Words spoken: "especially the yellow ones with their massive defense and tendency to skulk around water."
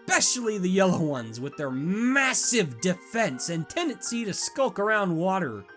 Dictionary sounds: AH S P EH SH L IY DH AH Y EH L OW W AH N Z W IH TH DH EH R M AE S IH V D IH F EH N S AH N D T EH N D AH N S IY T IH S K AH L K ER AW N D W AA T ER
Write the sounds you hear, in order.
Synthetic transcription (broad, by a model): P EH SH L IY DH AH Y EH L OW W AH N Z W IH DH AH R M AE S IH V D IH F EH N S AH N T EH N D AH N S IY T IH S K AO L K ER AW N D W AA T ER